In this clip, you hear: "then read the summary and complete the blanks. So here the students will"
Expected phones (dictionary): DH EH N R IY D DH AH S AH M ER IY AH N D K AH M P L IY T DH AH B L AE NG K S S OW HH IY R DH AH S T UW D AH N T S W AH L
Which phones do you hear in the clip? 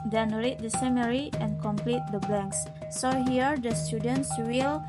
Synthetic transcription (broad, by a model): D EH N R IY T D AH S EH M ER IY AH N K AH M P L IY T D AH B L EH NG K S S OW HH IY R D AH S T UW D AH N T S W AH L